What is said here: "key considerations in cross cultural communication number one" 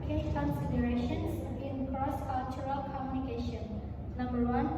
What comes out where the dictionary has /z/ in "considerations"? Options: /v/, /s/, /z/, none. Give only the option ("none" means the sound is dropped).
/s/